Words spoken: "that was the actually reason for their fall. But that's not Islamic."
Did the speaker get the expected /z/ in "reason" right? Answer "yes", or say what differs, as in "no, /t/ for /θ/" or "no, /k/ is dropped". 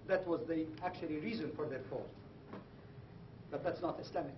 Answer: yes